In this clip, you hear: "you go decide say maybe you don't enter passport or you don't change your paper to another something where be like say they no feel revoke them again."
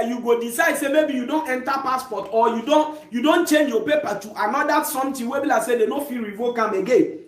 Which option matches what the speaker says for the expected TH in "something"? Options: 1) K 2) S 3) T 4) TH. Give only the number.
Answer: 3